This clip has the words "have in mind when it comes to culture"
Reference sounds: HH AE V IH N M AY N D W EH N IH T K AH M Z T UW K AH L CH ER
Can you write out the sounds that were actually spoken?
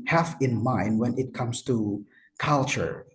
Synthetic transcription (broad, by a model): HH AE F IH N M AY N D W EH N IH T K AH M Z T UW K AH L CH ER